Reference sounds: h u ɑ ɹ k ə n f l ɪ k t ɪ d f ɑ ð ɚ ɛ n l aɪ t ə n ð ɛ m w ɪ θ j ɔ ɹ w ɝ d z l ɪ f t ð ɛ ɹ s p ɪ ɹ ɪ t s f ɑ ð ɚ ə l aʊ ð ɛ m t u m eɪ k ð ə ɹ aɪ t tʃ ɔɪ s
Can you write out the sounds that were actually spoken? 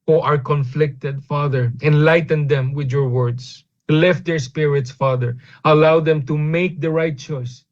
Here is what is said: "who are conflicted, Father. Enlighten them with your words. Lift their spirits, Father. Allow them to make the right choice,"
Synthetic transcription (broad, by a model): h ɑ ɹ k ə n f l ɪ k t ɪ d f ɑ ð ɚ ɛ n l aɪ t ə n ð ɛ m w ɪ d j ɔ ɹ w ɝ d s l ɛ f t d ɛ ɹ s p ɪ ɹ ɪ t s f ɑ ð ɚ ə l aʊ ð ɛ m t u m eɪ k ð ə ɹ aɪ t tʃ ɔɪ s